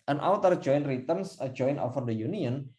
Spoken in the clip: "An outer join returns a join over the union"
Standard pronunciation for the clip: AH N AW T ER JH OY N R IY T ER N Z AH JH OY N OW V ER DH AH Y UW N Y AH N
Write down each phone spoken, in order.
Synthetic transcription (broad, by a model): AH N AW T ER JH OY N R IY T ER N S AH JH OY N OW F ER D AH Y UW N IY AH N